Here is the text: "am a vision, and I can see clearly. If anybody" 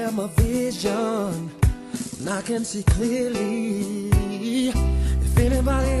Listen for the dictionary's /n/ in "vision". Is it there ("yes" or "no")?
yes